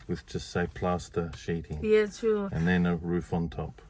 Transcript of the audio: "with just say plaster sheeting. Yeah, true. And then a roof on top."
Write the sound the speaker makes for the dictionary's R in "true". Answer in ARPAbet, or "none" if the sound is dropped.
none